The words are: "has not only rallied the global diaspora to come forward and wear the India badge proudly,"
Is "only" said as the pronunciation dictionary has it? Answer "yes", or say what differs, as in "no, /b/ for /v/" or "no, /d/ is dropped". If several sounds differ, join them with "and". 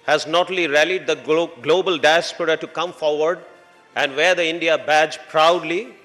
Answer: no, /n/ is dropped